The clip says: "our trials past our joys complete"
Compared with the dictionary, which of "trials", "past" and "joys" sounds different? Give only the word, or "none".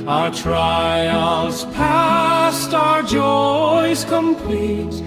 none